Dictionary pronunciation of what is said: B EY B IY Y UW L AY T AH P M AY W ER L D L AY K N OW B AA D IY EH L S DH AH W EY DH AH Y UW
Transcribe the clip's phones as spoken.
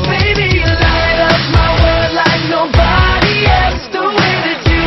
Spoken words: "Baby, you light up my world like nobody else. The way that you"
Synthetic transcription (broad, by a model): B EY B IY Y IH L AY T AH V M AY W ER D L AY K N OW B AA D IY EH L S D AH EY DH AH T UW